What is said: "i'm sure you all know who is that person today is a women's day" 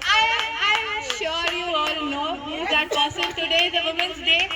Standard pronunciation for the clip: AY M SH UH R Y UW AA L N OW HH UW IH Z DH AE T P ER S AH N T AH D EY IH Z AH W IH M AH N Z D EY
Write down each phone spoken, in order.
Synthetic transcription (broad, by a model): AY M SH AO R Y UW AA L N OW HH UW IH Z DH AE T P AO S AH L T AH D EY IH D AH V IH M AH N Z D EY